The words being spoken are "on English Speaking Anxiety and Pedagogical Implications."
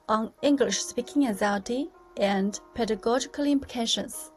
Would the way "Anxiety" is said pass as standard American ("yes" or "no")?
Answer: no